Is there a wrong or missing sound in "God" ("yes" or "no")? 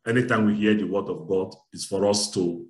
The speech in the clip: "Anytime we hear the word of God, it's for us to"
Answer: no